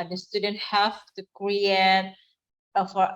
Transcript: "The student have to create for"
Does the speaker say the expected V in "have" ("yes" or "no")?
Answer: no